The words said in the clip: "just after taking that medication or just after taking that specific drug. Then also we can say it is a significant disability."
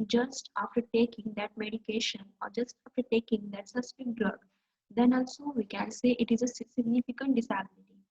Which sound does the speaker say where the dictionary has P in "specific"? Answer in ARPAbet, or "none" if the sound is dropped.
none